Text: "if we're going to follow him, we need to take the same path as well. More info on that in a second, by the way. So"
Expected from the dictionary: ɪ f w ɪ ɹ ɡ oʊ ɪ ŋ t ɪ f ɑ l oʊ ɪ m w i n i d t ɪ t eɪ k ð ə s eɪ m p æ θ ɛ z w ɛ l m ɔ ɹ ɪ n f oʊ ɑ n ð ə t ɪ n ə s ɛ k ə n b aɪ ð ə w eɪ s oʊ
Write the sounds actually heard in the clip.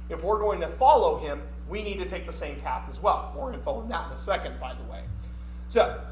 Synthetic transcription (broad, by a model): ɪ f w ɪ ɹ ɡ oʊ ɪ ŋ t ɪ f ɑ l oʊ ɪ m w i n i d t ɪ t eɪ k ð ə s eɪ m p æ θ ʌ z w ɛ l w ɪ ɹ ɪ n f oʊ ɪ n ð ə t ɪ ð ə s ɛ k ə n b aɪ ð ə w eɪ s oʊ